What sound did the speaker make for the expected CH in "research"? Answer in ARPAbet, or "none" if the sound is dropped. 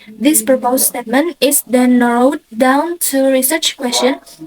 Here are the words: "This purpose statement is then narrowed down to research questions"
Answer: CH